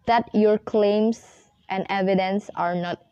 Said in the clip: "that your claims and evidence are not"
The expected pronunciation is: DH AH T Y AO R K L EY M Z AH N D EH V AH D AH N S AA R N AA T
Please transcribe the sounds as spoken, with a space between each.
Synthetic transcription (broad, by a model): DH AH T Y AO R K L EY M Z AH N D EH V AH D AH N S AA R N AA T